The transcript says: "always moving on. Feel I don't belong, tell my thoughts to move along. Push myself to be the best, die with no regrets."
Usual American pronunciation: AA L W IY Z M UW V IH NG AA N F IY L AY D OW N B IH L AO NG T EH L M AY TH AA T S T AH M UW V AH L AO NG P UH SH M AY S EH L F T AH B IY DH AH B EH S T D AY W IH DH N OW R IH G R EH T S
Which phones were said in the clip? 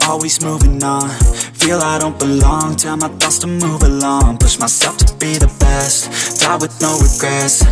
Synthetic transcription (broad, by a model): AA L W IY Z M UW V IH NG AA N F IY L AY D OW N B IH L AO NG T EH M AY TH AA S T AH M UW V AH L AO NG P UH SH M AY S EH L F T AH B IY DH AH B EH S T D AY W IH DH N OW R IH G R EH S